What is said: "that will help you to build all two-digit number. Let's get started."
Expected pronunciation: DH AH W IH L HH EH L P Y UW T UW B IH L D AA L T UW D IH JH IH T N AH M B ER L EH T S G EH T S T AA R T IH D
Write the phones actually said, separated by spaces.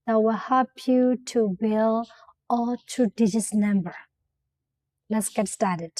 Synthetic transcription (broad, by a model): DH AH W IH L HH EH L P Y UW T UW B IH L AA L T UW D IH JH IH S N AH M B ER L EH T S G EH T S T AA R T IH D